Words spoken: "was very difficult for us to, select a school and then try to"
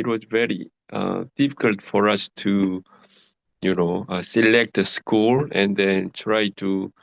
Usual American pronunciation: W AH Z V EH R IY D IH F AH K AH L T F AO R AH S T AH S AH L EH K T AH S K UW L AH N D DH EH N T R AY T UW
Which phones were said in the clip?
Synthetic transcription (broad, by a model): W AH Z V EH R IY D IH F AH K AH L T F AO R AH S T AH S AH L EH K T AH S K UW L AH N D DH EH N T R AY T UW